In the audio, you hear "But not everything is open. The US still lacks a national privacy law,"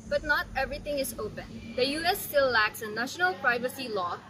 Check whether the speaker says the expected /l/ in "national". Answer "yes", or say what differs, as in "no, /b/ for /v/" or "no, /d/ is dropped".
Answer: yes